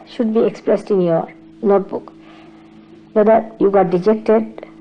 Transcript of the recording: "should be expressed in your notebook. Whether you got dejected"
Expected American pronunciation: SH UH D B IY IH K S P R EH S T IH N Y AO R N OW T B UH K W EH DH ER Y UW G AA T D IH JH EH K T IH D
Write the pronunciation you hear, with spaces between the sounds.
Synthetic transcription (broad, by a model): SH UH D B IY IH K S P R EH S T IH N Y AO R N OW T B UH K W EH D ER Y UW G AA T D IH JH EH K T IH D